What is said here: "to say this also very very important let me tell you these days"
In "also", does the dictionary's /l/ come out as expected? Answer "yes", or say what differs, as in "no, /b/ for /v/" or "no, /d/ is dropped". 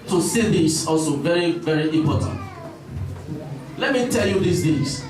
yes